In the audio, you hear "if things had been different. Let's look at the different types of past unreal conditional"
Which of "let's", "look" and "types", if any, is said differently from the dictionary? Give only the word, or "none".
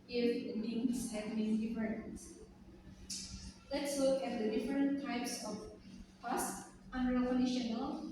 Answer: none